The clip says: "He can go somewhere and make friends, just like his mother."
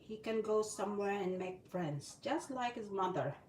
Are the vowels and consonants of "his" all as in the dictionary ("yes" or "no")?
yes